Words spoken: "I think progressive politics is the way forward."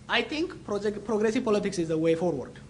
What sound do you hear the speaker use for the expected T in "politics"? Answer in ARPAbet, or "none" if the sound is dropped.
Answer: T